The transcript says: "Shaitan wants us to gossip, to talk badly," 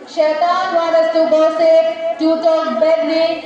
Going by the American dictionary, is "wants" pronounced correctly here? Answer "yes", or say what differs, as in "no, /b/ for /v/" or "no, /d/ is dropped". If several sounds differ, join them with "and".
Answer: no, /n/ is dropped and /s/ is dropped